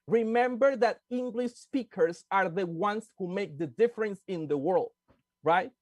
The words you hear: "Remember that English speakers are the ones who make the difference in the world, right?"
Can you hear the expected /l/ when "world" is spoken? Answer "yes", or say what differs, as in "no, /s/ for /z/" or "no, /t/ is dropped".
yes